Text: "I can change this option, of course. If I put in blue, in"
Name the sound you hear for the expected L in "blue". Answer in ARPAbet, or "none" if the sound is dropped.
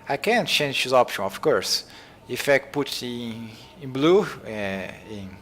L